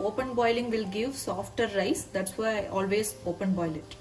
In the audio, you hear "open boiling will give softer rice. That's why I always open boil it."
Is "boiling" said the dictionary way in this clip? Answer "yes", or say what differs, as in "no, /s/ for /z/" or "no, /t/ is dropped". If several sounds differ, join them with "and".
yes